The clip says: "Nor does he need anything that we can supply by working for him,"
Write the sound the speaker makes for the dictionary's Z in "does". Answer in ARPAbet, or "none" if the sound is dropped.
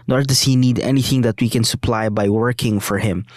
S